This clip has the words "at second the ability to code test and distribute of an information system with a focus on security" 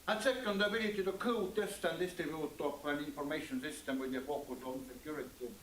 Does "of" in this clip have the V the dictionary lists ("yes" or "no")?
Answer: no